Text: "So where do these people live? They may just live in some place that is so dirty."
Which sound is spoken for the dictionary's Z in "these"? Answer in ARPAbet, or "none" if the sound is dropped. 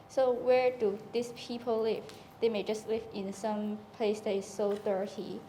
S